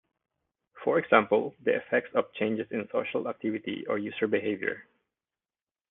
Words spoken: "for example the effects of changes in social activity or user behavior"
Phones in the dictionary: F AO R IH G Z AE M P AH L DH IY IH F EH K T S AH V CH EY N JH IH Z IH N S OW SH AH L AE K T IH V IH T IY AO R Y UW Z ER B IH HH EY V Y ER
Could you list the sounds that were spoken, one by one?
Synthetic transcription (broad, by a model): F AO R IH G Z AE M P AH L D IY IH F EH K T S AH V CH EY N JH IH S IH N S OW SH AH L AE K T IH V IH T IY AO R Y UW S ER B IH HH EY V Y ER